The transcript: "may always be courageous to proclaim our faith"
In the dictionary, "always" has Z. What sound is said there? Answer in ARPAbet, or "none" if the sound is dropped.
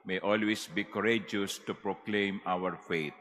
S